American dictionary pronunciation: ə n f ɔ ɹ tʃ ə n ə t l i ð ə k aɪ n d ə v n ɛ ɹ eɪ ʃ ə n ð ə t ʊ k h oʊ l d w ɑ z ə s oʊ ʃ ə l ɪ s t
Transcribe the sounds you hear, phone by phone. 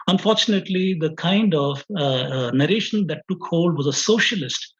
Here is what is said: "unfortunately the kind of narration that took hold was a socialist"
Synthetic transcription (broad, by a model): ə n f ɔ ɹ tʃ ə n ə t l i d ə k aɪ n d ə v n ɛ ɹ eɪ ʃ ə n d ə t ʊ k h oʊ l d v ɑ z ə s oʊ ʃ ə l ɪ s t